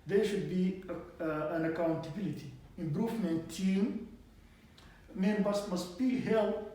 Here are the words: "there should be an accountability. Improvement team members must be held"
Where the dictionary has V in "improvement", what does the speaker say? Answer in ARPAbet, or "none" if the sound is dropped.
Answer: F